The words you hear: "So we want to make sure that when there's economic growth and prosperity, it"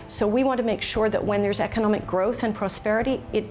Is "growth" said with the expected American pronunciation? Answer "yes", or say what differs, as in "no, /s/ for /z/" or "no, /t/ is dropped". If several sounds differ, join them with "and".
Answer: yes